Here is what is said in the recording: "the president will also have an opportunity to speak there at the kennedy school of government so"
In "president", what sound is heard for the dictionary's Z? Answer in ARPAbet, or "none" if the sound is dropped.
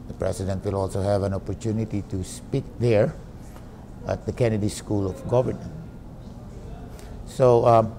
S